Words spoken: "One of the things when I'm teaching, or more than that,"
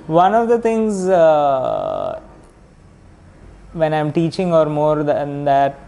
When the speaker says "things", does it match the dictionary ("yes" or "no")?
no